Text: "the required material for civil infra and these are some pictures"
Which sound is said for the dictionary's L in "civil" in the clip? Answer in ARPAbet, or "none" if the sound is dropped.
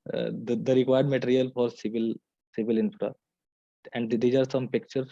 L